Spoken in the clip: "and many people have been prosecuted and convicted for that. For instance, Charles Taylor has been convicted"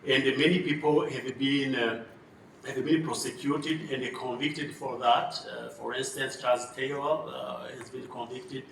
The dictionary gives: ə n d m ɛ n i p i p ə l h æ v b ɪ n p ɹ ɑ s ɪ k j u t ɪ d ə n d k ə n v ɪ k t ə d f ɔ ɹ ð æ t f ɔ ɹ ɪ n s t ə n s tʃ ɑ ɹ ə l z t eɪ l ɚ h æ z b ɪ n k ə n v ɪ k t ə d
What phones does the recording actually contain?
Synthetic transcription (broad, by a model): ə n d m ɛ n i p i p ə n h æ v b ɪ n p ɹ ɑ s ɪ k j u t ɪ d ə n d k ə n v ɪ k t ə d f ɔ ɹ ð æ t f ɔ ɹ ɪ n s t ə n s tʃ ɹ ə z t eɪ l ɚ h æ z b ɪ n k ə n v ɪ k t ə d